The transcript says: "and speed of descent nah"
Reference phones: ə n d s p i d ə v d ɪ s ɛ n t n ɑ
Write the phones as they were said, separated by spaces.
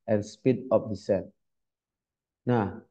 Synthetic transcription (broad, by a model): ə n s p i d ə p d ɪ s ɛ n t n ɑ